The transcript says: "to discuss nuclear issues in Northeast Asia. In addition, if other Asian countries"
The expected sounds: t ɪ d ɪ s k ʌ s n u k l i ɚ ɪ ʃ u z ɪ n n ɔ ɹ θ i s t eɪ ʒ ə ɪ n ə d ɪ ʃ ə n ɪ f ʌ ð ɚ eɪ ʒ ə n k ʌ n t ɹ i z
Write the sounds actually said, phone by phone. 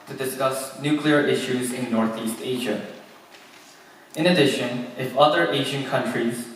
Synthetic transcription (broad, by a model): t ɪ d ɪ s k ʌ s n u k l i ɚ ɪ ʃ u z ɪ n n ɔ ɹ θ i s t eɪ ʒ ə ɪ n ə d ɪ ʃ ə n ɪ f ʌ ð ɚ eɪ ʒ ə n k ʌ n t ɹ i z